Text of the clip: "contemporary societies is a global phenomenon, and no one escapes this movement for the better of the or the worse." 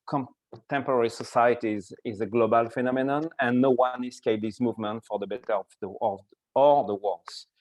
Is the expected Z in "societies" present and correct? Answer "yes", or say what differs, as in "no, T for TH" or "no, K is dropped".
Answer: yes